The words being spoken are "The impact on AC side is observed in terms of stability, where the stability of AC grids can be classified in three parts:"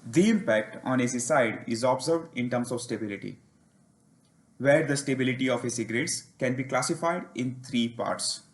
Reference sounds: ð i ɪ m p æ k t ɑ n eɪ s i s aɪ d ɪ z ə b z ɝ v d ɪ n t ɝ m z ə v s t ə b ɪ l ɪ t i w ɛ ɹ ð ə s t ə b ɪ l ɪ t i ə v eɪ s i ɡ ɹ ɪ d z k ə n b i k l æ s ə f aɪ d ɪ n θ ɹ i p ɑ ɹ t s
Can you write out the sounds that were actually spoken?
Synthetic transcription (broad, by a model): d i ɪ m p æ k t ɑ n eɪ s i s aɪ d ɪ z ə b z ɝ v d ɪ n t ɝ m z ə v s t ə b ɪ l ɪ t i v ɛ ɹ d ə s t ə b ɪ l ɪ t i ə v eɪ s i ɡ ɹ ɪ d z k ə n b i k l æ s ə f aɪ d ɪ n t ɹ i p ɑ ɹ t s